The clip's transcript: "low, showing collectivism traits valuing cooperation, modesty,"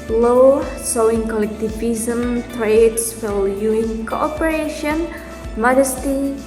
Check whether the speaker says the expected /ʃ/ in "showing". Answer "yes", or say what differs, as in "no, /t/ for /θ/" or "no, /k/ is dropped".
no, /s/ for /ʃ/